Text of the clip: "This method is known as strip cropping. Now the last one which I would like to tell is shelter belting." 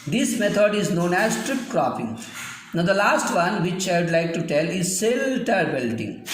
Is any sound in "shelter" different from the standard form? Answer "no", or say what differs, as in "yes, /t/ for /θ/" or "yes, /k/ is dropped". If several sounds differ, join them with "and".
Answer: yes, /s/ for /ʃ/